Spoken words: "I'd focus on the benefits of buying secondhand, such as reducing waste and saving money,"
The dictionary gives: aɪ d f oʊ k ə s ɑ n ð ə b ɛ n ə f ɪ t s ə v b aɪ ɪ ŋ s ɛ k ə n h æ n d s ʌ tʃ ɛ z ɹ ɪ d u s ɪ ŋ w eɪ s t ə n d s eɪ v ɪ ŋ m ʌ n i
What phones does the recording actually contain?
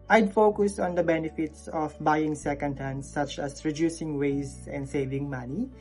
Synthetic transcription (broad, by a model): aɪ d f oʊ k ə s ɑ n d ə b ɛ n ə f ɪ t s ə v b aɪ ɪ ŋ s ɛ k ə n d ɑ n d s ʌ tʃ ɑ s ɹ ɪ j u s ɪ ŋ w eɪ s ə n d s eɪ v ɪ ŋ m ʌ n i